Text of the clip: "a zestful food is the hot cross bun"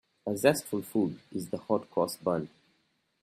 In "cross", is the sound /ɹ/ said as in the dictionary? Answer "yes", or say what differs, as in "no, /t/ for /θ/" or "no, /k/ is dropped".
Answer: no, /ɹ/ is dropped